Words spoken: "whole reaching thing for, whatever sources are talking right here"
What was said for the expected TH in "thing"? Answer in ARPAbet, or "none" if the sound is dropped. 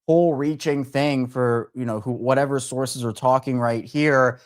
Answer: TH